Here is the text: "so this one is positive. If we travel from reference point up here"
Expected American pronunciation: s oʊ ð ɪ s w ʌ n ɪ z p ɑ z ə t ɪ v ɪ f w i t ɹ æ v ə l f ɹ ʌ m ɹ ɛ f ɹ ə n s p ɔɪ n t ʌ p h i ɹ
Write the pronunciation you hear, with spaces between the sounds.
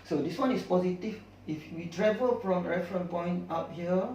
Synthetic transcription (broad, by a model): s oʊ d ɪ s w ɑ n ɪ s p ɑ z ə t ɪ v ɪ f w i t ɹ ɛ v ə l f ɹ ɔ m ɹ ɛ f ɹ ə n p ɔɪ n t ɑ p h i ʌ